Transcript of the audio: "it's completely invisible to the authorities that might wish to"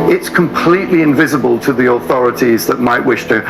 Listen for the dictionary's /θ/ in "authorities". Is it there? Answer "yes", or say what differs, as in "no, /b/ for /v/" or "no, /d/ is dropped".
yes